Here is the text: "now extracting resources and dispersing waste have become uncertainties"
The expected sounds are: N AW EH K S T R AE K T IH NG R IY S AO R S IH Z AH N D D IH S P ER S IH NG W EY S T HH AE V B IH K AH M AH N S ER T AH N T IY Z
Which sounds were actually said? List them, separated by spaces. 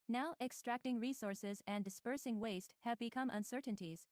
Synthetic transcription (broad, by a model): N AW EH K S T R AE K T IH NG R IY S AO R S IH Z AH N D D IH S P ER S IH NG W EY S T HH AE V B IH K AH M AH N S ER T N T IY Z